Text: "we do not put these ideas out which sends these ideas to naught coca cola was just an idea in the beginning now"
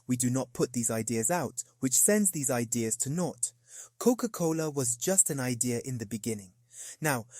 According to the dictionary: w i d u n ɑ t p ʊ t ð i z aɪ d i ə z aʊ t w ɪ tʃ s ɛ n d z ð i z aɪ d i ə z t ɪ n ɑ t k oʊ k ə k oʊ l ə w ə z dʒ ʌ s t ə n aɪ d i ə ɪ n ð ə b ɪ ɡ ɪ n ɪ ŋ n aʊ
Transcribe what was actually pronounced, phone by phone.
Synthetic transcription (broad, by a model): w i d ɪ n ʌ t p ʊ t ð i z aɪ d i ə z aʊ t w ɪ tʃ s ɛ n d z ð i z aɪ d i ə z t ɪ n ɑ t k oʊ k ə k oʊ l ə w ə z dʒ ʌ s t ə n aɪ d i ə ɪ n ð ə b ɪ ɡ ɪ n ɪ ŋ n aʊ